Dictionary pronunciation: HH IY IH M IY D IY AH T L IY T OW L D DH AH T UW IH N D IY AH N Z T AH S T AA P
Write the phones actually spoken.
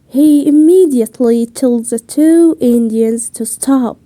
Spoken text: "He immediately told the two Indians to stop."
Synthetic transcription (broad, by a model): HH IY IH M IY D IY AH T L IY T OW L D DH AH T UW IH N D IY AH N Z T AH S T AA P